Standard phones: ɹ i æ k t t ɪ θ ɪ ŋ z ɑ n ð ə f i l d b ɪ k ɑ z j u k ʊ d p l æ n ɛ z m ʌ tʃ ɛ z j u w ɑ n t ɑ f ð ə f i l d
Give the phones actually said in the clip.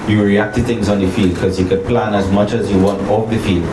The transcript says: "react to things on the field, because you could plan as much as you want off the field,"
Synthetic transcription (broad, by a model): ɹ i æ k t t ɪ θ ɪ ŋ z ɑ n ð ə f i l d k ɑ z j u k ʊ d p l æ n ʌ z m ʌ tʃ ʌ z j u w ɑ n t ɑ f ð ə f i l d